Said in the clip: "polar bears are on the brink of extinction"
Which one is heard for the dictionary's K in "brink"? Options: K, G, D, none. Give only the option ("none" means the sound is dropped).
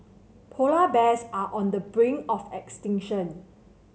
none